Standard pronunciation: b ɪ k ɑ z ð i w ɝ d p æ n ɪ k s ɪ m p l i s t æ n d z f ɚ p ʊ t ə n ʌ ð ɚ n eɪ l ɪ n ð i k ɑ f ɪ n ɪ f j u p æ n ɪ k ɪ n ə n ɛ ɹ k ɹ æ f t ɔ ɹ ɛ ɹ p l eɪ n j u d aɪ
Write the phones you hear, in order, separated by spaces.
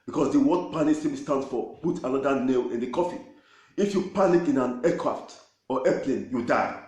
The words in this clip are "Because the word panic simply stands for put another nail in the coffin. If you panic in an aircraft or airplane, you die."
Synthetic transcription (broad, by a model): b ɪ k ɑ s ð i w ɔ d p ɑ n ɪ s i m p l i s t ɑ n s f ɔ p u t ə n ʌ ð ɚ n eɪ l ɪ n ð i k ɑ f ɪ ɪ f j u p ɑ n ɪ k ɪ n ə n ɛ k ɹ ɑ f t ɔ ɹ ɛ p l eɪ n j u d aɪ